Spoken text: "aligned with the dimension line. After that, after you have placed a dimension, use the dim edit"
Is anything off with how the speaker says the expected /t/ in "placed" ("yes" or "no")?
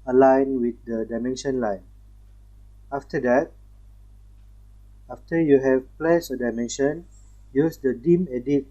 yes